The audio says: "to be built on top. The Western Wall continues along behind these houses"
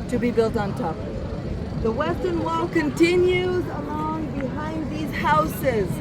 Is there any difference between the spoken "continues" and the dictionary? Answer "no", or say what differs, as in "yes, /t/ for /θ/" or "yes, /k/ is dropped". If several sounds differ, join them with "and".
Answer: no